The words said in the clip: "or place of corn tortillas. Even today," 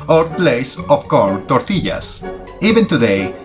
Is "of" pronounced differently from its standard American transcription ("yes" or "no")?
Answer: yes